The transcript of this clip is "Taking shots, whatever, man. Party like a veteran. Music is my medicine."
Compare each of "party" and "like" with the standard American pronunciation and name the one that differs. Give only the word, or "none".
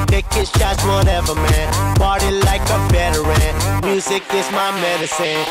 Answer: party